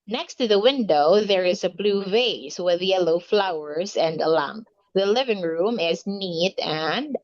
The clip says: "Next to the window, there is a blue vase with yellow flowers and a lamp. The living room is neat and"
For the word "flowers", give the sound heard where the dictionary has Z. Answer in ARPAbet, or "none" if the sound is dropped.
Z